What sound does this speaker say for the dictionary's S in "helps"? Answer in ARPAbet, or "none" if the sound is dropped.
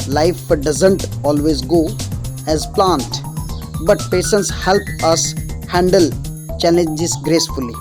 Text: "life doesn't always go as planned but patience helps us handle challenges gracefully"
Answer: none